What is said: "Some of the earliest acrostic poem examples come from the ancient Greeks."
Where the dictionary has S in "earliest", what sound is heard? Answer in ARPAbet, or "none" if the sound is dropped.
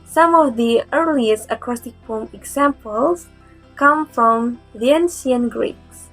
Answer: S